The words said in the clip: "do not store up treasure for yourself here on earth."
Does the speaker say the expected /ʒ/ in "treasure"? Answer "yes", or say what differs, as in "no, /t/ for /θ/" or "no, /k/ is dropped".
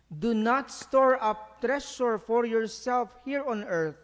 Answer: no, /ʃ/ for /ʒ/